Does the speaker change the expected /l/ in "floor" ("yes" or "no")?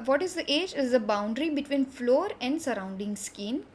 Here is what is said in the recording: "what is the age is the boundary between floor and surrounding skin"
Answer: no